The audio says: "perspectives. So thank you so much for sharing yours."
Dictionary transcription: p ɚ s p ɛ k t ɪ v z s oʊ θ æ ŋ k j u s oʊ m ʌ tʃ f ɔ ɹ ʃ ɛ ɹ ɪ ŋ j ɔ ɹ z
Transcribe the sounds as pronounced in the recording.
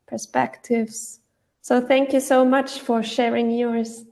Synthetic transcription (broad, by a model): p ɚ s p ɛ k t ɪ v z s oʊ θ æ ŋ k j u s oʊ m ʌ tʃ f ɔ ɹ ʃ ɛ ɹ ɪ ŋ j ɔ ɹ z